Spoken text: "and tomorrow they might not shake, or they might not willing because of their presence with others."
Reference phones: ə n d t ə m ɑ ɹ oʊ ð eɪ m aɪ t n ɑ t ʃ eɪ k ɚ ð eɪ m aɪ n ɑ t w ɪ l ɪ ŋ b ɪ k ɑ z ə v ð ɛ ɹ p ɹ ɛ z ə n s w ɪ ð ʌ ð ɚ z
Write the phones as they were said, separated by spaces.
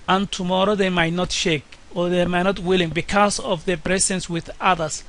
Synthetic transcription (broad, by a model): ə n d t ə m ɑ ɹ oʊ ð eɪ m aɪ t n ɑ t ʃ eɪ k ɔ ð eɪ m aɪ n ɑ t w ɪ l ɪ ŋ b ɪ k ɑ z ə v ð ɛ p ɹ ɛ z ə n s w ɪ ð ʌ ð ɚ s